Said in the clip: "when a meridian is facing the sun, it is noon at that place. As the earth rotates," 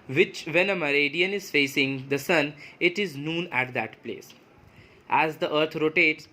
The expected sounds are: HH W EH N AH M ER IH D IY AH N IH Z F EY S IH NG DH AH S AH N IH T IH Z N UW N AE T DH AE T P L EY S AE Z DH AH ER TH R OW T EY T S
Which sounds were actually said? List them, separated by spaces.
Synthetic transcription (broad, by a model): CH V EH N AH M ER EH D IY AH N IH Z F EY S IH NG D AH S AH N IH T IH Z N UW N AE T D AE T P L EY S AE Z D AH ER T R OW T EY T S